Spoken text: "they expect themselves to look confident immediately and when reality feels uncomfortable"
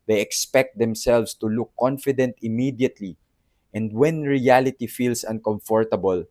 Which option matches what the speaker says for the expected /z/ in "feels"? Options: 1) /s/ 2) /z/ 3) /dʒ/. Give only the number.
1